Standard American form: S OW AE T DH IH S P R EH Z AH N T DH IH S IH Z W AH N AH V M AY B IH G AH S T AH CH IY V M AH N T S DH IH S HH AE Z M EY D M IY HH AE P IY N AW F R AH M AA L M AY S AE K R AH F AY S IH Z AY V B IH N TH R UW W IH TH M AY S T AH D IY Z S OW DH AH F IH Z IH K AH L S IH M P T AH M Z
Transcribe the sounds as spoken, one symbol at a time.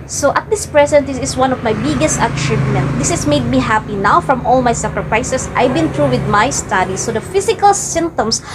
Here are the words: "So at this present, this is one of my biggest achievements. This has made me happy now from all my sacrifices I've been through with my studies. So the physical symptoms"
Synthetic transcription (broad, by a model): S OW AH T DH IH S P R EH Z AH N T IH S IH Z W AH N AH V M AY B IH G AH S T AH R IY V M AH N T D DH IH S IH S M EY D M IY HH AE P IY N AW F R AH M AA L M AY S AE K R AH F AY S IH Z AY V B IH N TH R UW W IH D M AY S T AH D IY S OW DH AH F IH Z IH K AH L S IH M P T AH M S